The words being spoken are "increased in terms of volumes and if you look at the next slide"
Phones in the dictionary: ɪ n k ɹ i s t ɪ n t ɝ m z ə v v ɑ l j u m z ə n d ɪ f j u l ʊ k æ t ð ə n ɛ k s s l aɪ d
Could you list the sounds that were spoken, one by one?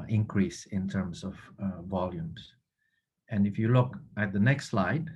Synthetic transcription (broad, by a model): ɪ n k ɹ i s ɪ n t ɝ m s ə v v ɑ l j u m s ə n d ɪ f j u l ʊ k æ t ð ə n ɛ k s s l aɪ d